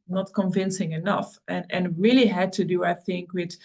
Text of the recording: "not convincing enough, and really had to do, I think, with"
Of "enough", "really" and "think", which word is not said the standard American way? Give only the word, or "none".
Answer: none